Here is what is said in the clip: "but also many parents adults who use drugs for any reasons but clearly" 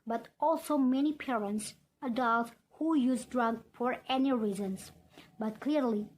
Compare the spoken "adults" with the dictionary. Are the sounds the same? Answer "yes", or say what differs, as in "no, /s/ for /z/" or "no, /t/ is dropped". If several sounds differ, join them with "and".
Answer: no, /s/ is dropped